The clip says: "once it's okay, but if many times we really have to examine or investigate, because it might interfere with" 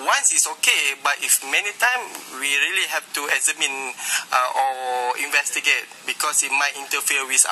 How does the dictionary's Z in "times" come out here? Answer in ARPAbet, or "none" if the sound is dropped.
none